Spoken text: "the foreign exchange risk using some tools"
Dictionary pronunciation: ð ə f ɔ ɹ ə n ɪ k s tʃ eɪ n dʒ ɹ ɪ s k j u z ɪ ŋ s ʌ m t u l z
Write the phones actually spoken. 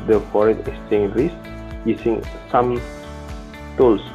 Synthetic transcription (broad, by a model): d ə f ɔ ɹ ə n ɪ s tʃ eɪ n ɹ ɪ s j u s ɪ ŋ s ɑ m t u l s